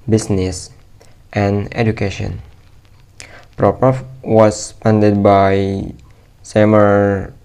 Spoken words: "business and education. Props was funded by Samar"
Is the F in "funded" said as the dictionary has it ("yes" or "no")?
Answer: no